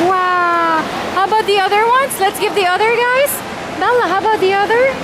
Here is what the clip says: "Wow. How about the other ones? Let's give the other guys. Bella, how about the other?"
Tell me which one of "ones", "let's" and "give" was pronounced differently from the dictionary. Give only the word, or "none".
ones